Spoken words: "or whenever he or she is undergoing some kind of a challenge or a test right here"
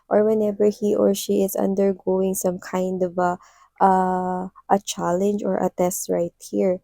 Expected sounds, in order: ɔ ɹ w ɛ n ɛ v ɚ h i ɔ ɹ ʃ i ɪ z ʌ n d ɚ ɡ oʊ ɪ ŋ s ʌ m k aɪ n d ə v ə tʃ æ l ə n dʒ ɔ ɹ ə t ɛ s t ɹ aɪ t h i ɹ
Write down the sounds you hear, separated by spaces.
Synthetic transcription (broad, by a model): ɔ ɹ w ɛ n ɛ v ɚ h i ɔ ɹ ʃ i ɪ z ʌ n d ɚ ɡ oʊ ɪ ŋ s ʌ m k aɪ n d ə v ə tʃ æ l ə n dʒ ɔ ɹ ə t ɛ s t ɹ aɪ t h i ɹ